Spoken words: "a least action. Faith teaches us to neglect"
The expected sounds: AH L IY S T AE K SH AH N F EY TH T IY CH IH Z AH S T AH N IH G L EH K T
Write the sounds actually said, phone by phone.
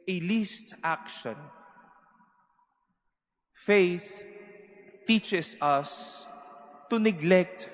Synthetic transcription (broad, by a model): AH L IY S T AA K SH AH N F EY TH T IY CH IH S AH S T AH N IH G L EH K T